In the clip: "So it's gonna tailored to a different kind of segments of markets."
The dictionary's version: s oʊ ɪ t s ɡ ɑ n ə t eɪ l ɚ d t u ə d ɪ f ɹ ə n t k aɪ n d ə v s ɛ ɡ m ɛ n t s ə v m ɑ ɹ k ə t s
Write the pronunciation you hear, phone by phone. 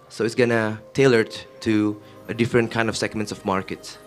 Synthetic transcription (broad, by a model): s oʊ ɪ t s ɡ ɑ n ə t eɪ l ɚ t t u ə d ɪ f ɹ ə n t k aɪ n d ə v s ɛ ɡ m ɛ n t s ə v m ɑ ɹ k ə t s